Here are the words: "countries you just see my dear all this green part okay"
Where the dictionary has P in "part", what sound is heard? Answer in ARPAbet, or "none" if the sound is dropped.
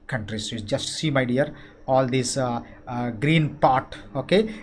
P